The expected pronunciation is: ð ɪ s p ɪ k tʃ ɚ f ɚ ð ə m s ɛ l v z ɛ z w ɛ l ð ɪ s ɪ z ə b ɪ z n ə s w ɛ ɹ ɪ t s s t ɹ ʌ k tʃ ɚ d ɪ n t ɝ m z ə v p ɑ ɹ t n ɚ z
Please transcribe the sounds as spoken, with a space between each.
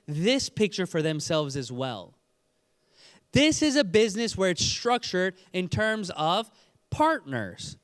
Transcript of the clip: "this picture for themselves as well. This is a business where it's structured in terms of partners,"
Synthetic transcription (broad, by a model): ð ɪ s p ɪ k tʃ ɚ f ɚ ð ə m s ɛ l v z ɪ z w ɛ l ð ɪ s ɪ z ə b ɪ z n ə s w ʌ ɹ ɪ t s s t ɹ ʌ k tʃ ɚ d ɪ n t ɝ m z ə v p ɑ ɹ t n ɚ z